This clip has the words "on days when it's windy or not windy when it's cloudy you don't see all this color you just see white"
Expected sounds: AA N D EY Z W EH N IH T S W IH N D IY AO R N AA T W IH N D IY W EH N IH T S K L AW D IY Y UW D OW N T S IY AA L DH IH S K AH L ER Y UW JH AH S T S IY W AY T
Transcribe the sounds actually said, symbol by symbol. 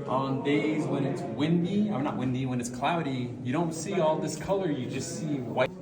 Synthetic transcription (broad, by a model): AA N D EY Z W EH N IH T S W IH N D IY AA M N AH T W IH N D IY W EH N IH T S K L AW D IY Y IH D OW N T S IY AA L DH IH S K AH L ER Y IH JH AH S T S IY W AY